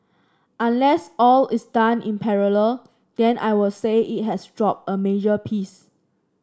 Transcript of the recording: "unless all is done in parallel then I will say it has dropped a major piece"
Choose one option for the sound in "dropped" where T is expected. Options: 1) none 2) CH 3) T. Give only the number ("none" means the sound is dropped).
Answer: 1